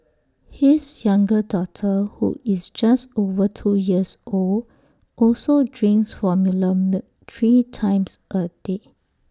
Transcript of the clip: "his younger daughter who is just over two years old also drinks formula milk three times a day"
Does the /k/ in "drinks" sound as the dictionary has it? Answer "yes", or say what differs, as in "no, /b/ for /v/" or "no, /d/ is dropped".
no, /k/ is dropped